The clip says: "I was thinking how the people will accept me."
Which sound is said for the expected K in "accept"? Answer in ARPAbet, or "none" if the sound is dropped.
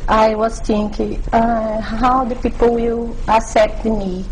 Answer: none